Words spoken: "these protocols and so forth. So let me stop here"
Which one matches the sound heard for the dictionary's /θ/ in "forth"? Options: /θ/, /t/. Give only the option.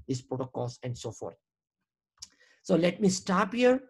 /t/